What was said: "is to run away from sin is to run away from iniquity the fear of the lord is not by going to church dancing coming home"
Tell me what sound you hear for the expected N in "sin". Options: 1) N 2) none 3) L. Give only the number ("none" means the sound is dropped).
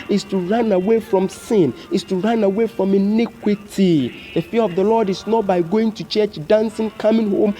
1